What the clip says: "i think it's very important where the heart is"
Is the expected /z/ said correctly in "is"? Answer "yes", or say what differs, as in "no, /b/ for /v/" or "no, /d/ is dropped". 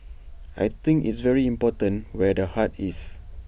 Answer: no, /s/ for /z/